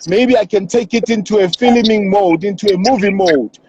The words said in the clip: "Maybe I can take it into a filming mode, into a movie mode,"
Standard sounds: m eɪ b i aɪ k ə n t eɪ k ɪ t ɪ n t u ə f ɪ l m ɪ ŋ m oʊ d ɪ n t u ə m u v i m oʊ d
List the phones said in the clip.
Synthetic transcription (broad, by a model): m eɪ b i aɪ k ə n t eɪ k ɪ t ɪ n t u ə f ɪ l m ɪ ŋ m oʊ d ɪ n t u ə m u v i m oʊ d